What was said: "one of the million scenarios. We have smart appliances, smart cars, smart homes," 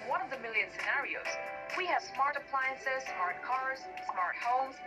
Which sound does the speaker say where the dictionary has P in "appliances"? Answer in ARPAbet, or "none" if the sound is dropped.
P